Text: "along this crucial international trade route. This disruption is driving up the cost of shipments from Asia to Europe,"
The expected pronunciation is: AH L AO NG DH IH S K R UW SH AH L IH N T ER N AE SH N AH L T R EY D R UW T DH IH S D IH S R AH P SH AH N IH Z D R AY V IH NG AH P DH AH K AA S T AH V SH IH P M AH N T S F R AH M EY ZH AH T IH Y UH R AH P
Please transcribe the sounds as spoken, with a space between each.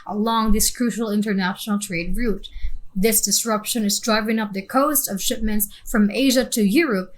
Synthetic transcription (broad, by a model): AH L AO NG DH IH S K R UW SH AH L IH N T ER N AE SH N L T R EY D R UW T DH IH S D IH S R AH P SH AH N IH Z D R AY V IH NG AH P DH AH K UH S T AH V SH IH P M AH N T S F R AH M EY ZH AH T IH Y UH R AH P